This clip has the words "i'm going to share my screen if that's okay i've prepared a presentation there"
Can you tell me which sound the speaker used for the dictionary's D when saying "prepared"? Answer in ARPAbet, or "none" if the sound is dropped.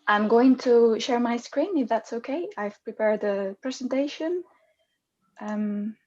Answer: D